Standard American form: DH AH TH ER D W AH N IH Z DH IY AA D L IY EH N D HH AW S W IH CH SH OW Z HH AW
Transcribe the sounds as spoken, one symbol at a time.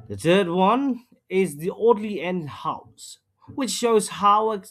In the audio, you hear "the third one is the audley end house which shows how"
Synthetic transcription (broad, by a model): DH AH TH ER D W AH N IH Z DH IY AA D L IY EH N D HH AW S W IH CH SH OW Z HH AW